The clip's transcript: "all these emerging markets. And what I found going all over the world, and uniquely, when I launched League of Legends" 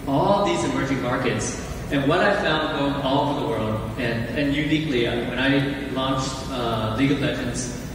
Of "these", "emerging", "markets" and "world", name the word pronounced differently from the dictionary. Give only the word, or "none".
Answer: none